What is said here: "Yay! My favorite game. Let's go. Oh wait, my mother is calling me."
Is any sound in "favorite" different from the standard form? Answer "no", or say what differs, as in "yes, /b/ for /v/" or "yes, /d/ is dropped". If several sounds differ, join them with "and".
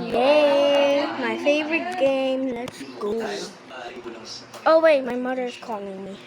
no